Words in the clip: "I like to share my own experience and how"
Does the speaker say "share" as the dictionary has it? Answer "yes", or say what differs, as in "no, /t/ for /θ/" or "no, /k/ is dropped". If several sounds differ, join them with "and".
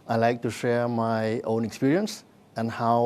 yes